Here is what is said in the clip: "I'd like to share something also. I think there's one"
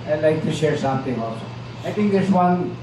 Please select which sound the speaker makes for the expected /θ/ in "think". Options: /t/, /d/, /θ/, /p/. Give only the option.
/t/